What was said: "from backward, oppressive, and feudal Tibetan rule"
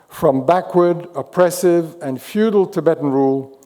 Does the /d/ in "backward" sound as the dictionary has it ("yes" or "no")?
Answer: yes